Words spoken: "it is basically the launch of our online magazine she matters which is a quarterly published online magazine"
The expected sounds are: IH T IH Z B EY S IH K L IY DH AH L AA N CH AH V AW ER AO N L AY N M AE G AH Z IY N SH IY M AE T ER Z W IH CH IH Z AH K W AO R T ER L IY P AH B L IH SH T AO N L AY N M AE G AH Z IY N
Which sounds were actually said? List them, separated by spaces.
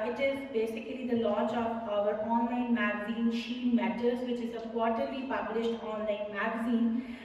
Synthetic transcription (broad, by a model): IH T IH Z B EY S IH K L IY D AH L AA N CH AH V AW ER AO N L AY N M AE G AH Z IY N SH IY M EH T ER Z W IH CH IH Z AH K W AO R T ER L IY P AH B L IH SH T AO N L AY N M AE G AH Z IY N